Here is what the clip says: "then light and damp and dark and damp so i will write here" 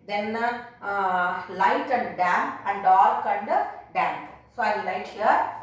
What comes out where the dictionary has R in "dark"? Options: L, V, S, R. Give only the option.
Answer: L